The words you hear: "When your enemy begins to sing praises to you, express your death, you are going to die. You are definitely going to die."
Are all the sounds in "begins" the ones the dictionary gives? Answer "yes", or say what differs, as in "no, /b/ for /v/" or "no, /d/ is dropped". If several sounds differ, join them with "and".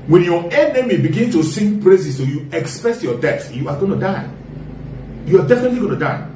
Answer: no, /z/ is dropped